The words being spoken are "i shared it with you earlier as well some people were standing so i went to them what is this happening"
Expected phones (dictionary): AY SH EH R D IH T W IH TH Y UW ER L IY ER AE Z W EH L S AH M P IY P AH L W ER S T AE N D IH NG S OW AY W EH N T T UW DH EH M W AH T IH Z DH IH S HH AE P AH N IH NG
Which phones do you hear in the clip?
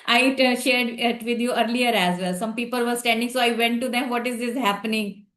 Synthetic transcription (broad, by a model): AY SH EH R D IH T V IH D Y UW ER L IY ER AE Z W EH L S AH M P IY P AH L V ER S T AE N D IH NG S OW AY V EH N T T UW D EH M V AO T IH Z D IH S HH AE P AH N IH NG